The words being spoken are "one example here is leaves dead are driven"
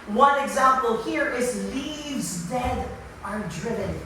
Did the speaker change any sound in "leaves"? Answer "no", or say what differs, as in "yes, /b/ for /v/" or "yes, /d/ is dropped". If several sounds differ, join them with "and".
no